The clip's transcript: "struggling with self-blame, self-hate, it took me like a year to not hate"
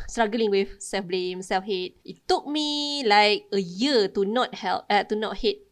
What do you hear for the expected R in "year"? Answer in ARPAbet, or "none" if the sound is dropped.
L